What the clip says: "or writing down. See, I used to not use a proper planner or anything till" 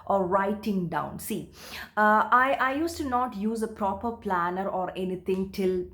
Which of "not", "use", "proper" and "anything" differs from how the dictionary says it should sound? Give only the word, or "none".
anything